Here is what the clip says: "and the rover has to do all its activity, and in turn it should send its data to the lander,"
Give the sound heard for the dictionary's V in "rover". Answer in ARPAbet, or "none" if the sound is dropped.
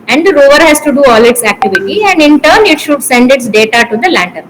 V